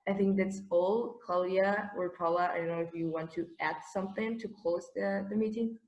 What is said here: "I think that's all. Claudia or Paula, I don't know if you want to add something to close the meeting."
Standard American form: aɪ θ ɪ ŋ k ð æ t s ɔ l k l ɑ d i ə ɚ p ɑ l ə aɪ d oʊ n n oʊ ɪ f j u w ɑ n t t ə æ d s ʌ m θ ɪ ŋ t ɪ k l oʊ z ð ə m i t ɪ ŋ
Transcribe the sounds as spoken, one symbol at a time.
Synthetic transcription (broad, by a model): aɪ θ ɪ ŋ k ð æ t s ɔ l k ɑ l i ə ɚ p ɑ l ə aɪ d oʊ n n oʊ ɪ f j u w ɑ n t t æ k s ʌ m θ ɪ ŋ t ɪ k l oʊ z ð ə m i t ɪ ŋ